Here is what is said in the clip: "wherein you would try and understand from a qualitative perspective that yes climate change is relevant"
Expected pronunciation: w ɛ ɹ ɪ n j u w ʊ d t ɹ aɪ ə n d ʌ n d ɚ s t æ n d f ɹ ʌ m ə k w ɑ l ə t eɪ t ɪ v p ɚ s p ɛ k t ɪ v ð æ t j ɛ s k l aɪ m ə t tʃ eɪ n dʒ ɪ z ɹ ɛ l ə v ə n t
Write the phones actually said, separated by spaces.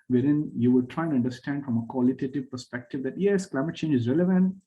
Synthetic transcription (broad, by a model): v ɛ ɹ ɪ n j u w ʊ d t ɹ aɪ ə ʌ n d ɚ s t æ n d f ɹ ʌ m ə k w ɑ l ə t eɪ t ɪ v p ɚ s p ɛ k t ɪ v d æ t j ɛ s k l aɪ m ə t tʃ eɪ n dʒ ɪ z ɹ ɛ l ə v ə n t